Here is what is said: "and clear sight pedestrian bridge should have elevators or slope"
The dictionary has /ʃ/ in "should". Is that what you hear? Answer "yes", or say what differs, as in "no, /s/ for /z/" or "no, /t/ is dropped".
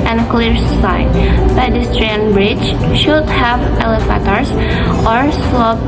yes